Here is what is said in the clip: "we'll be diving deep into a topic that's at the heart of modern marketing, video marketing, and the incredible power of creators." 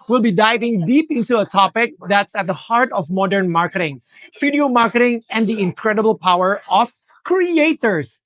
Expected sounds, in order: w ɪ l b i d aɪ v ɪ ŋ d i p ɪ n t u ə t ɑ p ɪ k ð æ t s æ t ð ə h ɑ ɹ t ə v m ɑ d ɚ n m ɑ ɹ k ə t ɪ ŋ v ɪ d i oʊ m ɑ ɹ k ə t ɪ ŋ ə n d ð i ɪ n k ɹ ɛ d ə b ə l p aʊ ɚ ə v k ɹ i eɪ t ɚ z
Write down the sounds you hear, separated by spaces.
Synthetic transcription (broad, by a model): w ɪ l b i d aɪ v ɪ ŋ d i p ɪ n t u ə t ɑ p ɪ k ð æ t s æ t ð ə h ɑ ɹ t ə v m ɑ d ɚ n m ɑ ɹ k ə t ɪ ŋ f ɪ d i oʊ m ɑ ɹ k ə t ɪ ŋ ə n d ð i ɪ n k ɹ ɛ d ə b ə l p aʊ ɚ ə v k ɹ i eɪ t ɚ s